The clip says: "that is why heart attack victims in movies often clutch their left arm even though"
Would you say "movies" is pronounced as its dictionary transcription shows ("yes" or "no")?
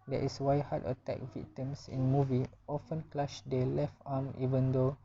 no